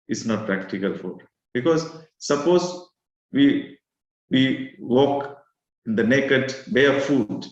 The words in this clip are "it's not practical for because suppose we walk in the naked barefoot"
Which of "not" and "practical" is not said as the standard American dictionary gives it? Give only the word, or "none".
none